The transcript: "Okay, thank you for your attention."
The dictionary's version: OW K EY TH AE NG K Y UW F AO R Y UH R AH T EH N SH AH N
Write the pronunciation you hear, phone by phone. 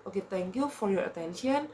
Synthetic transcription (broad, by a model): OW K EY T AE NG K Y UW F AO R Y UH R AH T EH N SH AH N